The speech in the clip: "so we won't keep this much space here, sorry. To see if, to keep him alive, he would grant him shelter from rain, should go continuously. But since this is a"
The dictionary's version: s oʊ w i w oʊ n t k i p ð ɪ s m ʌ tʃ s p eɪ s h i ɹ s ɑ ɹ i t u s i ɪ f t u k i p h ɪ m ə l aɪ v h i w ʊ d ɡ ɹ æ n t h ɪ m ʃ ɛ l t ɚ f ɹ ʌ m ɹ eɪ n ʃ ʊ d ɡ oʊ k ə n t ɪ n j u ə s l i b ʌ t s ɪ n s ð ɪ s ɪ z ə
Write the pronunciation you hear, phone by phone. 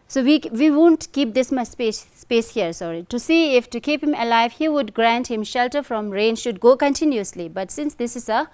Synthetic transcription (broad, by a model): s oʊ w i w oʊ n t k i p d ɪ s m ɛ s s p eɪ s h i ɹ s ɑ ɹ i t u s i ɪ f t u k i p h ɪ m ə l aɪ v h i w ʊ d ɡ ɹ æ n t h ɪ m ʃ ɛ l t ɚ f ɹ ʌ m ɹ eɪ n ʃ ʊ d ɡ oʊ k ə n t ɪ n j u ə s l i b ʌ t s ɪ n s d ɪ s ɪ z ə